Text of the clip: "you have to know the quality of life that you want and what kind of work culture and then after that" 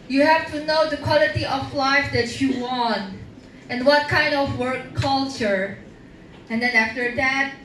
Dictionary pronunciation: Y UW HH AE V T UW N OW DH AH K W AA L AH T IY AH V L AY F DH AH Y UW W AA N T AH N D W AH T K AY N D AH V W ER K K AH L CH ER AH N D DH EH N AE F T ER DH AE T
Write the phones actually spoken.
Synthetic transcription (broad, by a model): Y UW HH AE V T UW N OW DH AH K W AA L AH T IY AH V L AY F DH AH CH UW W AA N T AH N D W AH T K AY N D AH V W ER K K AH L CH ER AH N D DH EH N AE F T ER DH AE T